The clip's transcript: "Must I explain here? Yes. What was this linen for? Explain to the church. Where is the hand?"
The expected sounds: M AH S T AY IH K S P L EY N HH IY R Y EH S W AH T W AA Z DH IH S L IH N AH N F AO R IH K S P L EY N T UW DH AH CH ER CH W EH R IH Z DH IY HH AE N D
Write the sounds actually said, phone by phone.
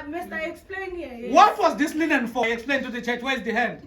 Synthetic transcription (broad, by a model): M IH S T AY IH K S P L EY N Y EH W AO T W AA Z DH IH S L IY N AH N F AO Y IH K S P L EY N T UW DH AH CH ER CH W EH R IH Z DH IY HH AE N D